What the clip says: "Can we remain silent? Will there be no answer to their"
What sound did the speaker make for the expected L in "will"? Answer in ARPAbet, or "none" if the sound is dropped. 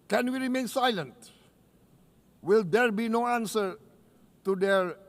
L